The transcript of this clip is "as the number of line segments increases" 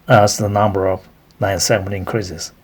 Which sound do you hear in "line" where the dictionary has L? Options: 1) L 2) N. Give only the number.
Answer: 2